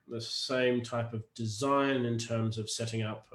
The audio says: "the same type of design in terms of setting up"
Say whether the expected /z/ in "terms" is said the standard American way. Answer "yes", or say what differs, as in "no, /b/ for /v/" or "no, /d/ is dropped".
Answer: yes